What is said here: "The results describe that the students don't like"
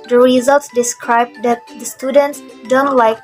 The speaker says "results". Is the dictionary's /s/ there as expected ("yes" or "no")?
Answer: yes